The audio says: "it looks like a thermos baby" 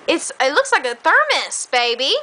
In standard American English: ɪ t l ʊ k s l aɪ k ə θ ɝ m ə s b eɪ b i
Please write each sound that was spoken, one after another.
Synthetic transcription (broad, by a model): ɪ t l ʊ k s l aɪ k ə θ ɝ m ə s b eɪ b i